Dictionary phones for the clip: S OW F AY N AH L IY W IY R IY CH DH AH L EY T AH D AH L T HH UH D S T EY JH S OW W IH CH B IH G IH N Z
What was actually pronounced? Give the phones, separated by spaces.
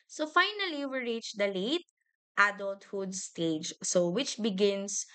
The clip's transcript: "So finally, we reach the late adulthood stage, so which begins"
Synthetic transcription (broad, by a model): S OW F AY N AH L IY W IY R IY CH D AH L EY T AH D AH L T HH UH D S T EY JH S OW W IH CH B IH G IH N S